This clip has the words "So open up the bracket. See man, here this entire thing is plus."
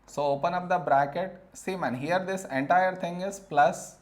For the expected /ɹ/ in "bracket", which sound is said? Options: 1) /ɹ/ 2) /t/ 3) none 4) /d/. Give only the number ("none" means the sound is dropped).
1